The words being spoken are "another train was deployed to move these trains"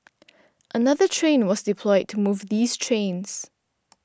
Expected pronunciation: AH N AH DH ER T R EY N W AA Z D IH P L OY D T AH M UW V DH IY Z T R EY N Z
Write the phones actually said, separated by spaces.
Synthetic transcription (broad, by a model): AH N AH DH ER T R EY N W AA Z D IH P L OY D T AH M UW V DH IY Z T R EY N Z